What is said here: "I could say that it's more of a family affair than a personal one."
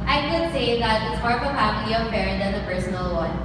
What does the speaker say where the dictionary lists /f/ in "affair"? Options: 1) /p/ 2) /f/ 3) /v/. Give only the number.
1